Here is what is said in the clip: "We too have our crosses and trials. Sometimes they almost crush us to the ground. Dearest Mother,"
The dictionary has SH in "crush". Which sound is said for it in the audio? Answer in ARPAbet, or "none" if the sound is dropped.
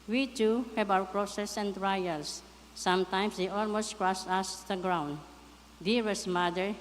S